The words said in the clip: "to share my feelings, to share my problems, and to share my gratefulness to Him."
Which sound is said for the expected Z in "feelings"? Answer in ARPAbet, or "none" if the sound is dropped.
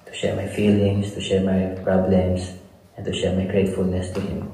S